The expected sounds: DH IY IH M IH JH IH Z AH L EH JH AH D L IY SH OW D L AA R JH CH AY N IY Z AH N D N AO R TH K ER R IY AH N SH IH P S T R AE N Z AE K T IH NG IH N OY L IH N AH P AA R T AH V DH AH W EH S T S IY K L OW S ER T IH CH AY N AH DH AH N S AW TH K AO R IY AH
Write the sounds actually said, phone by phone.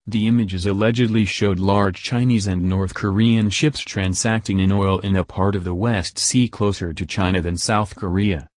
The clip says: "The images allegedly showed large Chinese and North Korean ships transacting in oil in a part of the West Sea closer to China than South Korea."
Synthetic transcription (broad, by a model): DH IY IH M IH JH IH Z AH L EH JH AH D L IY SH OW D L AA R JH CH AY N IY Z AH N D N AO R TH K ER R IY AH N SH IH P S T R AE N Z AE K T IH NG IH N OY L IH N AH P AA R T AH V DH AH W EH S T S IY K L OW S ER T IH CH AY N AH DH AH N S AW TH K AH R IY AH